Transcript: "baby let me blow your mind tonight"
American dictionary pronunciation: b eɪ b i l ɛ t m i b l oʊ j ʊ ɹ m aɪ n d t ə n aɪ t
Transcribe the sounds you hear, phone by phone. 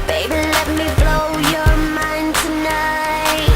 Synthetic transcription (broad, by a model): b eɪ b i l ɛ t m i b l oʊ j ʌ ɹ m aɪ n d t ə n aɪ t